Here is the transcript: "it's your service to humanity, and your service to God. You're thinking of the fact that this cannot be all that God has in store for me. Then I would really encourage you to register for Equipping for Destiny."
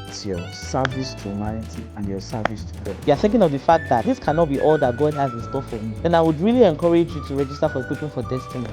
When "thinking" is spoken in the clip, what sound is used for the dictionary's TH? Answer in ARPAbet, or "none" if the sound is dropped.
TH